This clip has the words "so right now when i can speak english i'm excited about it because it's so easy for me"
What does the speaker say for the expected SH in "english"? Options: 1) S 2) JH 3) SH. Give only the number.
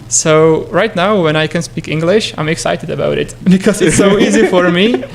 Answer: 3